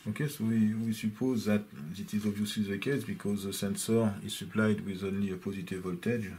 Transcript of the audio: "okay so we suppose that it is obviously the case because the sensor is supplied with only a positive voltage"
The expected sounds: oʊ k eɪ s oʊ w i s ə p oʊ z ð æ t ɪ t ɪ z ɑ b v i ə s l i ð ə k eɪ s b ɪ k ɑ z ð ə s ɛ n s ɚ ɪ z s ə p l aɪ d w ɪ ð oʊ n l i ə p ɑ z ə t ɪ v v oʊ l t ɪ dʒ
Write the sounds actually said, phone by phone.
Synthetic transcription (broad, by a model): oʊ k eɪ s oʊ w i s ə p oʊ z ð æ t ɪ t ɪ z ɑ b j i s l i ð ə k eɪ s b ɪ k ɑ z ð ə s ɛ n s ɚ ɪ z s ə p l aɪ d w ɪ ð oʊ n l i ə p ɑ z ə t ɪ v v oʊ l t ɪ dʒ